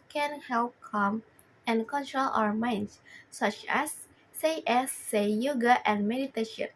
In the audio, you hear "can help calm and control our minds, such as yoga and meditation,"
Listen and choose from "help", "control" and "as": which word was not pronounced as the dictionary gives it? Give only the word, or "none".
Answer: as